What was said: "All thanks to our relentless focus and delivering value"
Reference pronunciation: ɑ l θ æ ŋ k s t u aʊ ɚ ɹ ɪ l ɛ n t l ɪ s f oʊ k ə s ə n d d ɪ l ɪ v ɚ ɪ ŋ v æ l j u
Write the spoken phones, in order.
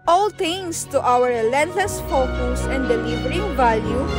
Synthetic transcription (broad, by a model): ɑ l t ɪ ŋ s t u aʊ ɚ ɹ l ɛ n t l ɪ s f oʊ k ə s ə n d d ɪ l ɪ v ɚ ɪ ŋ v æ l j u